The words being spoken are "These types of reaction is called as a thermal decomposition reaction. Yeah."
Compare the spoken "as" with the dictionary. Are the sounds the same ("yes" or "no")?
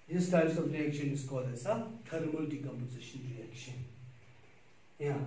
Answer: no